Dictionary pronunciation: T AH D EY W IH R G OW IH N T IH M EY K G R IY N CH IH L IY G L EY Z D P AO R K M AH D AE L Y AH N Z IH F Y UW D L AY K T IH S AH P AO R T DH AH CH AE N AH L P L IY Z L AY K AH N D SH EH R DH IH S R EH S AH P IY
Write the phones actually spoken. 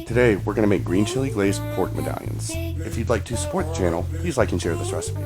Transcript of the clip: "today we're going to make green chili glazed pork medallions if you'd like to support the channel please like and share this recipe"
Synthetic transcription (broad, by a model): T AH D EY W IH R G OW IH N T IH M EY K G R IY N CH IH L IY G L EY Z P AO R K M AH D AE L Y AH N Z IH F Y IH D L AY K T IH S AH P AO R T DH AH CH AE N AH L P L IY Z L AY K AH N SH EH R DH IH S R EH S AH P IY